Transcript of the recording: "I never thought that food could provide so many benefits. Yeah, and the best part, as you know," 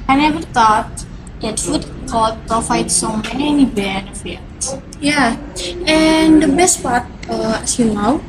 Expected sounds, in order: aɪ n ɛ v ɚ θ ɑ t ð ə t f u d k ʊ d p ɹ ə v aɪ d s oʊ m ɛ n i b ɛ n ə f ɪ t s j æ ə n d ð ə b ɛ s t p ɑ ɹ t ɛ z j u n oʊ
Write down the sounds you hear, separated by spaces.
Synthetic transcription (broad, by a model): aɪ n ɛ v ɚ t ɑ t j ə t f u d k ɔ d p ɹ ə f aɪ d s oʊ m ɛ n i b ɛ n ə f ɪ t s j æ ə n d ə b ɛ s t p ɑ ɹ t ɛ s j u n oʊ